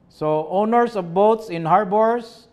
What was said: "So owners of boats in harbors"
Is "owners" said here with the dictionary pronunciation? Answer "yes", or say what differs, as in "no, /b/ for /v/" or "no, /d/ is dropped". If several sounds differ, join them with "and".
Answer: no, /s/ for /z/